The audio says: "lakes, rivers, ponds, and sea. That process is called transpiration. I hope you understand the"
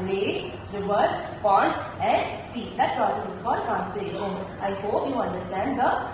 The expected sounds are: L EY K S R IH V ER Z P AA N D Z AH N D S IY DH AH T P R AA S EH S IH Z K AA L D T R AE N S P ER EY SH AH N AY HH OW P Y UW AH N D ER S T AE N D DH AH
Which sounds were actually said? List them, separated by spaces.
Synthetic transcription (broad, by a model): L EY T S R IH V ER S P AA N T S AH N D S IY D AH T P R AA S EH S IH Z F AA D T R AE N S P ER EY SH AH N AY HH OW P Y UW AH N D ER S T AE N D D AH